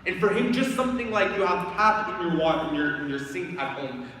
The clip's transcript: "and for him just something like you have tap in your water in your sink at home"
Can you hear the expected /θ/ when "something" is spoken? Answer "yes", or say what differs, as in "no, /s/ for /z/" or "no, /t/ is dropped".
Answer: yes